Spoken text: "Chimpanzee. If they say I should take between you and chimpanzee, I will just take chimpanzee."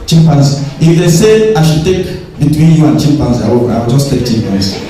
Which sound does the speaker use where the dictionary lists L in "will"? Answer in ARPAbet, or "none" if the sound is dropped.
W